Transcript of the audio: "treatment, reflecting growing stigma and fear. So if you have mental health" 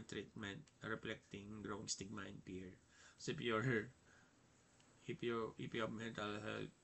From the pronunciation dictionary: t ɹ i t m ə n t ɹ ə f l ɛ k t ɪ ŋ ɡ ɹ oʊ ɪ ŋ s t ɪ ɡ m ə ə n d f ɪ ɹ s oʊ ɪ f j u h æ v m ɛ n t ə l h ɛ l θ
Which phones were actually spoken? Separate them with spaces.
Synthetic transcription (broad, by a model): t ɹ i t m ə n t ɹ ə f l ɛ k t ɪ ŋ ɡ ɹ oʊ ɪ ŋ s t ɪ ɡ m ə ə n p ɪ ɹ s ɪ p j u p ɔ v m ɛ n t ə l h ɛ l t